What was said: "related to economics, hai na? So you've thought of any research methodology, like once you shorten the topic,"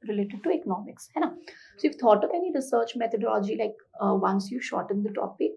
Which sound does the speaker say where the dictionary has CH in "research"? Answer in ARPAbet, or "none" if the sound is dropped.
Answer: CH